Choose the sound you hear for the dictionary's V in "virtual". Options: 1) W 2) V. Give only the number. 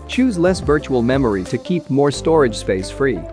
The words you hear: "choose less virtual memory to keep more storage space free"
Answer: 2